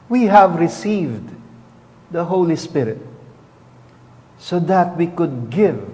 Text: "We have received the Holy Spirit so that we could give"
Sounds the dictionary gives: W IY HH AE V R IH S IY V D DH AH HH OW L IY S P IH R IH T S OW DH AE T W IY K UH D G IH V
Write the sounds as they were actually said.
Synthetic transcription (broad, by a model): W IY HH AE V R IH S IY V D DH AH HH OW L IY S P IH R IH T S OW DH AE T W IY K UH D G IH V